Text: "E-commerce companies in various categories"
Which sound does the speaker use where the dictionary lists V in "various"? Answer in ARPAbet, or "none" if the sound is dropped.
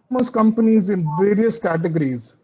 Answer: V